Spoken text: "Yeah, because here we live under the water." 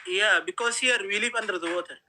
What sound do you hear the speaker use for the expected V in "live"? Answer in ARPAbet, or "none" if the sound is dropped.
P